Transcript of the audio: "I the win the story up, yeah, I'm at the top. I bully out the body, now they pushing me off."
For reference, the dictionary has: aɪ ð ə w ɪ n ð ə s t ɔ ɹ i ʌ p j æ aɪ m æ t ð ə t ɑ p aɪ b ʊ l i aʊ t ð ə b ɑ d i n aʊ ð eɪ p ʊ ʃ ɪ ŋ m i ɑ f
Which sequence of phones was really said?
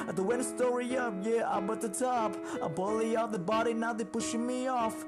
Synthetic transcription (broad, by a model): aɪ ð ə w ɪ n s t ɔ ɹ i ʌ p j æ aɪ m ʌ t ð ə t ɑ p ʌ b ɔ l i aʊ ð ə b ɑ d i n aʊ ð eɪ p ʊ ʃ ɪ ŋ m i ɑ f